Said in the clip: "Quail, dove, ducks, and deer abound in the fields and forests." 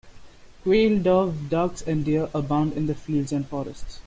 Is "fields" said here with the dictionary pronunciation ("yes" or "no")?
no